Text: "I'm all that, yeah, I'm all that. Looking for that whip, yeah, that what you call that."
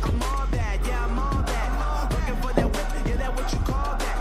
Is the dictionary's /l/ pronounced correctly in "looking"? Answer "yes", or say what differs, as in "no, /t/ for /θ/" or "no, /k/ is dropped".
no, /n/ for /l/